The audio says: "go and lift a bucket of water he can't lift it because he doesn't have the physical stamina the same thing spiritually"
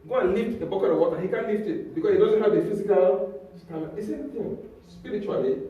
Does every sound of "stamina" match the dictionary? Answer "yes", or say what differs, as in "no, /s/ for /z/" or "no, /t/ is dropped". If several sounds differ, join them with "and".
no, /n/ is dropped